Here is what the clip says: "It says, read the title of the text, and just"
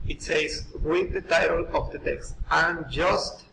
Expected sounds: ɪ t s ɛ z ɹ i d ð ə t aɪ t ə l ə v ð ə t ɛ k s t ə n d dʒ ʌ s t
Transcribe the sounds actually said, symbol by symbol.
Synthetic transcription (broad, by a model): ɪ t s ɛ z w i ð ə t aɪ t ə l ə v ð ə t ɛ k s t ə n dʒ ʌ s t